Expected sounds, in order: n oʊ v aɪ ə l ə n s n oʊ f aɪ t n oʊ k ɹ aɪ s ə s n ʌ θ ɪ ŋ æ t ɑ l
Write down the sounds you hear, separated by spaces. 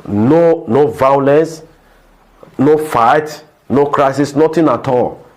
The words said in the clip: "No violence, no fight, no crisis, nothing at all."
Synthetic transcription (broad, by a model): n oʊ v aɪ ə l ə n s n oʊ f aɪ t n oʊ k ɹ aɪ s ə s n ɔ t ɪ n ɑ t ɑ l